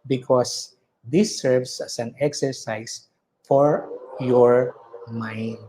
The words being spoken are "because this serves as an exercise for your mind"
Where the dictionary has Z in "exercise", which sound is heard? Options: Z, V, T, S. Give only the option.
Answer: S